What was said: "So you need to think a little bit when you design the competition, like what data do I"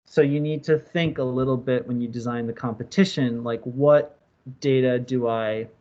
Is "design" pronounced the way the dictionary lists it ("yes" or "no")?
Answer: yes